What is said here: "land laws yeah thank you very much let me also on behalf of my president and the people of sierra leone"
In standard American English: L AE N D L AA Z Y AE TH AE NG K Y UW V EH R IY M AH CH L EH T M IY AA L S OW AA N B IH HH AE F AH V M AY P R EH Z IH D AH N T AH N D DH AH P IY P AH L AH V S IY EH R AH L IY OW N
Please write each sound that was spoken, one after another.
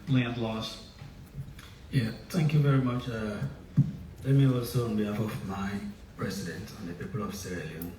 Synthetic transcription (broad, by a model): L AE N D L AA S Y AE TH AE NG K Y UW V EH R IY M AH CH L EH T M IY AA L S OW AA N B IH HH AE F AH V M AY P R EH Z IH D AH N T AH N DH AH P IY P AH L AH V S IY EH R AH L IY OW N